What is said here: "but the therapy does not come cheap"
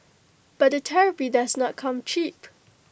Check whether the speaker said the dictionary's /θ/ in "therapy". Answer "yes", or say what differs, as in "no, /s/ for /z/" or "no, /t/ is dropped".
no, /t/ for /θ/